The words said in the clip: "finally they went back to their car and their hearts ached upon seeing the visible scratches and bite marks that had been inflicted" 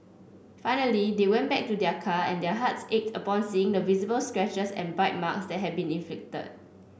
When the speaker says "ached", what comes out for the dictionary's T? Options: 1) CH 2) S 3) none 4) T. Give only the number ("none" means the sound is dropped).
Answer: 4